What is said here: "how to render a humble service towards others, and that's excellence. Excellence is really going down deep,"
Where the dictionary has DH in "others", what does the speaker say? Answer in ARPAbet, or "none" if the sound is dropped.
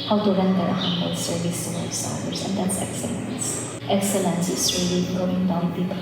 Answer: none